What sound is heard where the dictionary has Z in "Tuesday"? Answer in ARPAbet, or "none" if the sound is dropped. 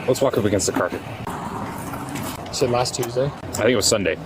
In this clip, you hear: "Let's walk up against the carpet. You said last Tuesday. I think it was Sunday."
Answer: Z